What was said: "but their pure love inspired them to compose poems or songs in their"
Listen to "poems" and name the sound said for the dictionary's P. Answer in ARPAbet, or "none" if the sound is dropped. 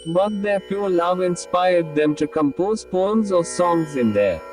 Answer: P